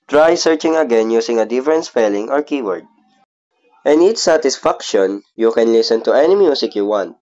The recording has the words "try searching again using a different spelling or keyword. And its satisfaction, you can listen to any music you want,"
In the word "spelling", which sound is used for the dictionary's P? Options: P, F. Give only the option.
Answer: F